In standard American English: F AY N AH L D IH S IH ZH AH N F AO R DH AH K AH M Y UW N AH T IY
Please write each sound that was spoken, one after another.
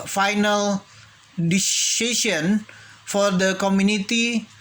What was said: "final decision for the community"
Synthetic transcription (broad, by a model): F AY N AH L D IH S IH S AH N F AO R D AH K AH M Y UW N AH T IY